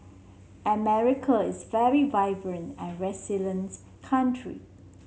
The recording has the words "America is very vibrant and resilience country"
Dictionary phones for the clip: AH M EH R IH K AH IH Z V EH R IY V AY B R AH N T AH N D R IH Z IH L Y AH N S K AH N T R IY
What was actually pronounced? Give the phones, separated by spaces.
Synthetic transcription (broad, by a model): AH M EH R IH K AH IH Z V EH R IY V AY B R AH N T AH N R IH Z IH L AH N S K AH N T R IY